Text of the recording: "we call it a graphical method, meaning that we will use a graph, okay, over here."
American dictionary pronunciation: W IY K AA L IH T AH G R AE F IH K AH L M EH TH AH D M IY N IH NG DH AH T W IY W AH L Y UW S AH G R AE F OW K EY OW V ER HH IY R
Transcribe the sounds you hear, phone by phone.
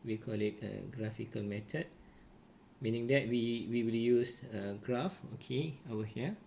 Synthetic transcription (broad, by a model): W IY K AA L IH T AH G R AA F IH K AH L M EH T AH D M IY N IH NG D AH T W IY W AH L Y UW S AH G R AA F OW K EY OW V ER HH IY